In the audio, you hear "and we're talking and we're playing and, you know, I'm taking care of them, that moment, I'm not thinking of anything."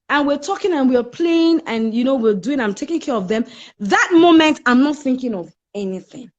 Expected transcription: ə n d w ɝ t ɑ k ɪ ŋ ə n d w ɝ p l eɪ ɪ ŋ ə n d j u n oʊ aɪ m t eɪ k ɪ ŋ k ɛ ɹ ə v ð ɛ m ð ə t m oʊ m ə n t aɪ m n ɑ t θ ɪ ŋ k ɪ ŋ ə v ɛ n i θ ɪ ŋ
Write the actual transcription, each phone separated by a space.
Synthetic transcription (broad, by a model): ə n w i t ɑ k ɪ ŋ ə n w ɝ p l eɪ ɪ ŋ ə n j u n oʊ aɪ m t eɪ k ɪ ŋ k ɛ ɹ ə v ð ɛ m ð ə t m oʊ m ə n t aɪ m n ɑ t θ ɪ ŋ k ɪ ŋ ə v ɛ n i θ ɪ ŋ